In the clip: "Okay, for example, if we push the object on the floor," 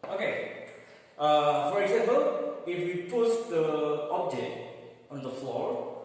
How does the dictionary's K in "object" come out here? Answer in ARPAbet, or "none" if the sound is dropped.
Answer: none